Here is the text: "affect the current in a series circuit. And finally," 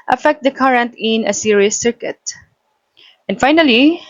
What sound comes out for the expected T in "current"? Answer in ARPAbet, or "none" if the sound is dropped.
T